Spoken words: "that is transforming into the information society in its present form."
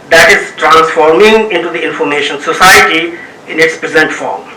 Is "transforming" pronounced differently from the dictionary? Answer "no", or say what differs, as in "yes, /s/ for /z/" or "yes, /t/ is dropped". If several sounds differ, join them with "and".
no